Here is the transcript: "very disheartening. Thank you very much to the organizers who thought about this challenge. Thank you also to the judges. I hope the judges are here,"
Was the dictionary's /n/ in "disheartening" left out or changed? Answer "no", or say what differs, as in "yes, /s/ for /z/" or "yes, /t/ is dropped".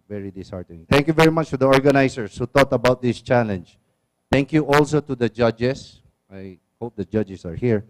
yes, /n/ is dropped